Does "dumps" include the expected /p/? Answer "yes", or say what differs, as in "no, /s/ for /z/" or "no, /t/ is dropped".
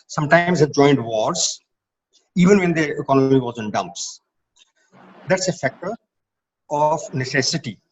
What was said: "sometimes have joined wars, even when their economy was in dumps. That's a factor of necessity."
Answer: yes